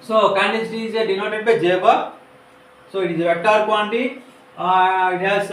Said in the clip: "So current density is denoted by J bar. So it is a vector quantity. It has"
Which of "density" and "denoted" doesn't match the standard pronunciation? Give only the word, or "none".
density